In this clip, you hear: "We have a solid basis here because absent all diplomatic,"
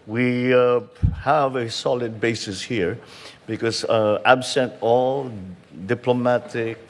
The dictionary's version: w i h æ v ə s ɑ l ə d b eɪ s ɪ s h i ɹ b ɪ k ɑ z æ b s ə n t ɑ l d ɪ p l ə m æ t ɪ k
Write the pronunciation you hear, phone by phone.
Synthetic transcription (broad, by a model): w i h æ v ə s ɑ l ə d b eɪ s ɪ s h i ɹ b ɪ k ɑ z æ b s ə n t ɑ l d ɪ p l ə m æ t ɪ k